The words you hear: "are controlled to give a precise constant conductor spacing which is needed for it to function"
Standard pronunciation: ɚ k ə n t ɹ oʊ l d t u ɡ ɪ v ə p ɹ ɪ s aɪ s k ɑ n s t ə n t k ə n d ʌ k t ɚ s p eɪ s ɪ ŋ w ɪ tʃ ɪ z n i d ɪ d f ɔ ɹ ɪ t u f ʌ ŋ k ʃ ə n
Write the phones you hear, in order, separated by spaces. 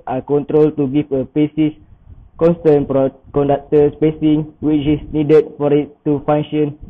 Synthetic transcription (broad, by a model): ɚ k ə n t ɹ oʊ l t u ɡ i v ə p ɪ s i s k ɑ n s t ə n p k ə n d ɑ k t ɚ s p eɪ s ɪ ŋ w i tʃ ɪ s n i d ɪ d f ɔ ɹ ɪ t u f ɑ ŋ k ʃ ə n